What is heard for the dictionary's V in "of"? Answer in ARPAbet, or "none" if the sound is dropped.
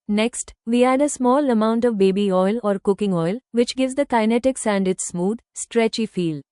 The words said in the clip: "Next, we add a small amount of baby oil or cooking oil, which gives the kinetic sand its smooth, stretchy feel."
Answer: V